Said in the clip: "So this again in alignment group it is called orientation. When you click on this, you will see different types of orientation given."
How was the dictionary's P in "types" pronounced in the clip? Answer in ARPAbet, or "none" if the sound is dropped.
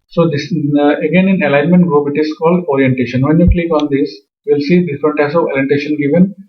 none